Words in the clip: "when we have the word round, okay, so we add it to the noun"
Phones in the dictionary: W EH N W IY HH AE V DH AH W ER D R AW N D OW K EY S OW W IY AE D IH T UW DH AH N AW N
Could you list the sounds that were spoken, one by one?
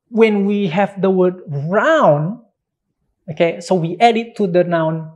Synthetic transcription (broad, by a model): W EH N W IY HH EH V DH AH W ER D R AW N OW K EY S OW W IY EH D IH T UW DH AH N AW N